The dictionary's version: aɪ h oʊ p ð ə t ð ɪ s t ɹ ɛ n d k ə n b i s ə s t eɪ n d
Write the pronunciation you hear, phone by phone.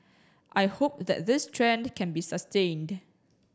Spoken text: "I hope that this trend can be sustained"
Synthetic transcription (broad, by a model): aɪ h oʊ p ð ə t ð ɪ s t ɹ ɛ n d k ə n b i s ə s t eɪ n d